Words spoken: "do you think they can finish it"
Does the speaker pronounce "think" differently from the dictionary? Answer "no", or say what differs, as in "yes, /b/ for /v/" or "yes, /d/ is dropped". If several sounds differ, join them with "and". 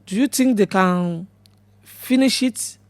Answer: yes, /t/ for /θ/